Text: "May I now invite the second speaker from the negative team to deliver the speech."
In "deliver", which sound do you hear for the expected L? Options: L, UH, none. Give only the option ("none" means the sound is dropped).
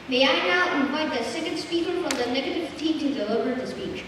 none